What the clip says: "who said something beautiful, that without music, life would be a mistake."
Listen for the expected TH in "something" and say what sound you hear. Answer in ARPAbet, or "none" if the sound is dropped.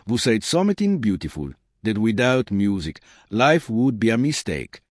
T